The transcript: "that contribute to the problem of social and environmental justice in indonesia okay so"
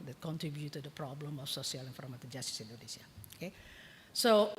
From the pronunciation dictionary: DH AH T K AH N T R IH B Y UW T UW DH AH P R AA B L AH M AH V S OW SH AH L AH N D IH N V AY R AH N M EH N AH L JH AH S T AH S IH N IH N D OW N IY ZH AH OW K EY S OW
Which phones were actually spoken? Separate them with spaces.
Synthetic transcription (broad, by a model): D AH T K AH N T R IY B Y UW T UW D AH P R AA B L AH M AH F S OW S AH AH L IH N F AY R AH M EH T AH JH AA S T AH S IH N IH N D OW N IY S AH OW K EY S OW